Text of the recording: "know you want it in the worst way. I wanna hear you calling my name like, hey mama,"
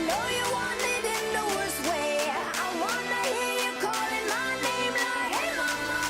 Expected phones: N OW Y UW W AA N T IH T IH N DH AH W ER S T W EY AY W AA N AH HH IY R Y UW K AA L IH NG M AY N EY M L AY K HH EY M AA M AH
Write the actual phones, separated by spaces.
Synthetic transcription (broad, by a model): N OW Y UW W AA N IH T IH N DH AH W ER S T W EY AY W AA N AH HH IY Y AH K AA L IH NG M AY N EY M N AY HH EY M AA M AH